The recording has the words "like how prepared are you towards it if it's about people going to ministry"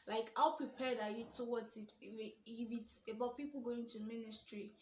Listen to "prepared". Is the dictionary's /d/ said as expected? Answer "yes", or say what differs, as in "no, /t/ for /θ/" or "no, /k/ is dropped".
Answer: yes